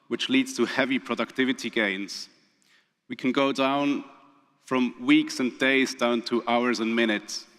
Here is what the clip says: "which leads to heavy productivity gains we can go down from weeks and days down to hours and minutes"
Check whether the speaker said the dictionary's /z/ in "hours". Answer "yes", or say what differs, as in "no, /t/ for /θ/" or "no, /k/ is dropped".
yes